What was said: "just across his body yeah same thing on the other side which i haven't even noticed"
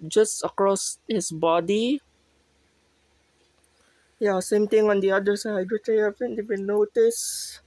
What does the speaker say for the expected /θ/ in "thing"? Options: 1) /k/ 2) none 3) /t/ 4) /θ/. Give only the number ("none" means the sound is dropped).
3